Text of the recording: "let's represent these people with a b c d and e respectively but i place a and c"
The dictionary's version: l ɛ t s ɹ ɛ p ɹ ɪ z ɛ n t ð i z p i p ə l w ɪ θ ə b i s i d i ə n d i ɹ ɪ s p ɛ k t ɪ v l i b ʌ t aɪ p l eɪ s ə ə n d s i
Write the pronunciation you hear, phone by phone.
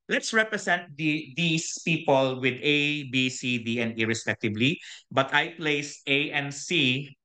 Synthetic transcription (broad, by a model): l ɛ t s ɹ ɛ p ɹ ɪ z ɛ n t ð i s p i p ə l w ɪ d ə b i s i d i ə n d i ɹ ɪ s p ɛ k t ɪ b l i b ʌ t aɪ p l eɪ s ə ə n s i